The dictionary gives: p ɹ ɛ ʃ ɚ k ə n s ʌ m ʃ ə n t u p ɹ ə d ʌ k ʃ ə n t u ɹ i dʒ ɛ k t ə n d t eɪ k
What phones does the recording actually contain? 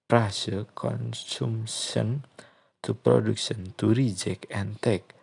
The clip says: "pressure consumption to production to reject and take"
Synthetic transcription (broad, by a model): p ɹ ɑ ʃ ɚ k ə n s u m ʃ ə n t u p ɹ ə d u k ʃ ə n t u ɹ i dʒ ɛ k ə n t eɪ k